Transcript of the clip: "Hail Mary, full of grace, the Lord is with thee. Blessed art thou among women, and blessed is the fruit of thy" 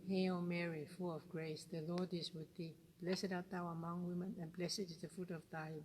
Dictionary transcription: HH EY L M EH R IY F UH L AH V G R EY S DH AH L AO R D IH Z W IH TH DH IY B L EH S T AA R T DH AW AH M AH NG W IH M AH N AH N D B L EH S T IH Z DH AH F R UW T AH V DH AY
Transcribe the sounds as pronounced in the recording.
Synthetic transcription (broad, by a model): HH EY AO M EH R IY F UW L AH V G R EY S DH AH L AO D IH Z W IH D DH IY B L EH S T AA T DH AW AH M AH NG W IH M AH N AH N B L EH S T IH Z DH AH F UW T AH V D AY